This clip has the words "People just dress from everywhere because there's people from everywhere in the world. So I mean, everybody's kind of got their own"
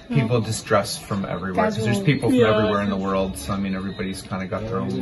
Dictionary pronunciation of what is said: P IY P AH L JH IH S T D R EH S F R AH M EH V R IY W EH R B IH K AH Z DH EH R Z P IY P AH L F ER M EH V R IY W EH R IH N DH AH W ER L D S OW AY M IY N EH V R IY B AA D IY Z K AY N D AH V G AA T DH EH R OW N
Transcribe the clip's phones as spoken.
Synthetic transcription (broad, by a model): P IY P L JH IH S T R EH S F R AH M EH V R IY W EH R K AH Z DH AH R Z P IY P L F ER EH V R IY W EH R IH N DH AH W ER L D S OW AY M IY N EH V R IY B AA D IY Z K AY N D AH G AA T DH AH R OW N